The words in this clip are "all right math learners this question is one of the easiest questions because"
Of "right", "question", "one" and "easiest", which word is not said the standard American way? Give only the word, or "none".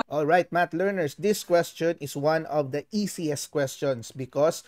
easiest